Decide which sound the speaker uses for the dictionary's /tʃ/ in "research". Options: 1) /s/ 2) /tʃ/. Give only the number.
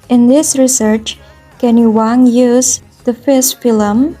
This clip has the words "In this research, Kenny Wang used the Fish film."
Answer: 2